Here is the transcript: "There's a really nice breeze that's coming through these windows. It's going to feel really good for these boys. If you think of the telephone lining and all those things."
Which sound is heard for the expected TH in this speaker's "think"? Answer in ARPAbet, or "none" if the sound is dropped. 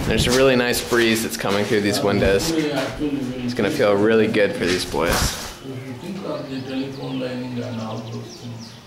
T